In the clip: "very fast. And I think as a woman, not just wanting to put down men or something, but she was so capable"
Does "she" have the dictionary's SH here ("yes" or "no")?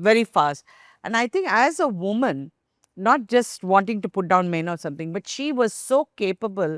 yes